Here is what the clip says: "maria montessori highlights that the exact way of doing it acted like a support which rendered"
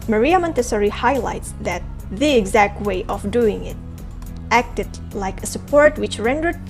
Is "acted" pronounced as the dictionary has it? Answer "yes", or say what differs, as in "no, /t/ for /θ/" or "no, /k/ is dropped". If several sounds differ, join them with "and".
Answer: yes